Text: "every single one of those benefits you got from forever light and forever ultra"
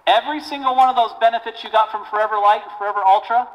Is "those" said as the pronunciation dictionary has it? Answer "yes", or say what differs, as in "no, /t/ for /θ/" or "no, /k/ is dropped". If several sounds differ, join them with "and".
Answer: yes